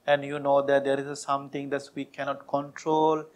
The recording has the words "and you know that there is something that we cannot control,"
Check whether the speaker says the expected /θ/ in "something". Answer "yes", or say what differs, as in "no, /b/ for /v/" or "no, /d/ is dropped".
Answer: no, /t/ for /θ/